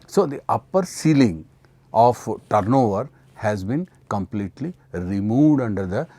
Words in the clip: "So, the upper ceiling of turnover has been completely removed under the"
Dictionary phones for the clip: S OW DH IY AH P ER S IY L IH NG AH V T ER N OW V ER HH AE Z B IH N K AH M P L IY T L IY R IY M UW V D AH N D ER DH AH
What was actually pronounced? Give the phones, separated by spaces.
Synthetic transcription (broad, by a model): S OW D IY AH P ER S IY L IH NG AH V T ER N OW V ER HH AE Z B IH N K AH M P L IY T L IY R IY M UW V D AH N D ER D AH